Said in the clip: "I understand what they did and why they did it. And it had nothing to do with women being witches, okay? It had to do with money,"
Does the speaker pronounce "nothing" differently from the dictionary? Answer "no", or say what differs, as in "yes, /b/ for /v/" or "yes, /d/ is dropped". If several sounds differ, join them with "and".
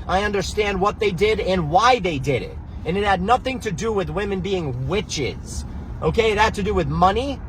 no